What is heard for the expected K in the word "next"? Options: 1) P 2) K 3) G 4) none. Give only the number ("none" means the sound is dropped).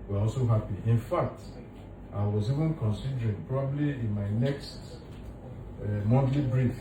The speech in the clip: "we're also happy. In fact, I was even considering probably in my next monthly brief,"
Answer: 2